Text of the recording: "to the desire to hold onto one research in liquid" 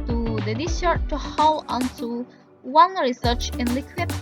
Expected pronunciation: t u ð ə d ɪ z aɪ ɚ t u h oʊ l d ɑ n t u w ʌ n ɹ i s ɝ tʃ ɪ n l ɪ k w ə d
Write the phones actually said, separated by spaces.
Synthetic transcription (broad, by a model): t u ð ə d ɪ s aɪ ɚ t u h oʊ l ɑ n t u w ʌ n ɹ i s ɝ tʃ ɪ n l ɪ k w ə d